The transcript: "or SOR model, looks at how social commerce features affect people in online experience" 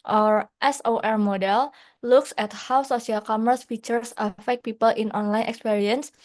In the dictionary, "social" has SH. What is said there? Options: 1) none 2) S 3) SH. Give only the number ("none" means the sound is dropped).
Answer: 2